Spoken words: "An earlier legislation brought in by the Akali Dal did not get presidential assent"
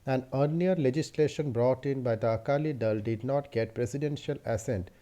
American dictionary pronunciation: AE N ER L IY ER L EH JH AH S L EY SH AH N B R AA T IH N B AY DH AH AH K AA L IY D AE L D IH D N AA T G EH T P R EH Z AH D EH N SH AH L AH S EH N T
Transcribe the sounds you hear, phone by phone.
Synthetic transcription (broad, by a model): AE N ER N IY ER L EH JH AH S L EY SH AH N B R AA T IH N B AY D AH AH K AA L IY D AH L D IH D N AA T G EH T P R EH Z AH D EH N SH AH L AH S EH N T